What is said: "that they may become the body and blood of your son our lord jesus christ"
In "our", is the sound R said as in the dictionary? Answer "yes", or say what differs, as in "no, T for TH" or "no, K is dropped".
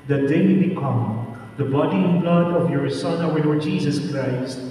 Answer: no, W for R